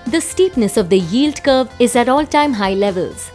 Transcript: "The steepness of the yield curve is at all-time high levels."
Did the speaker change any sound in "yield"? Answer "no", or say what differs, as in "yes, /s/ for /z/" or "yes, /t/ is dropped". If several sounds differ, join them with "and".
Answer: no